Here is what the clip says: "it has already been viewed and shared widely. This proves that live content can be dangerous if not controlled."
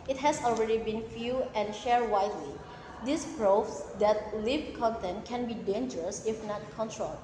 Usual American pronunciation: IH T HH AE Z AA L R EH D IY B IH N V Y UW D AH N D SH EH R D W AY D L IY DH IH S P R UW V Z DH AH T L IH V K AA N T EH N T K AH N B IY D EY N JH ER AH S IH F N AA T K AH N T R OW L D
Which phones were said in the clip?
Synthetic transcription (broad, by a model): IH T HH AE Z AA L R EH D IY B IH N F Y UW AH N SH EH R W AY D L IY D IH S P R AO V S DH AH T L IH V K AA N T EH N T K AH N B IY D EY N JH ER AH S IH F N AA T K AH N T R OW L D